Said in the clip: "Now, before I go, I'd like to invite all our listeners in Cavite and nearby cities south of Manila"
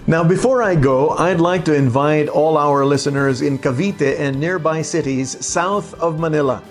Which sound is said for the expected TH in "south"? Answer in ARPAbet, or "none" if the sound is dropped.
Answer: TH